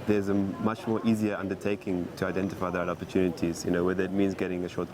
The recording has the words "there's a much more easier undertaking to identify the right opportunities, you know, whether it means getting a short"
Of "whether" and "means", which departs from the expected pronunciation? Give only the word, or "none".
none